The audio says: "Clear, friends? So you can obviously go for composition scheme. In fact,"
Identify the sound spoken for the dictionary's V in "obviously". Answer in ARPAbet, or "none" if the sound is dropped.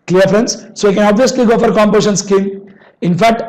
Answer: V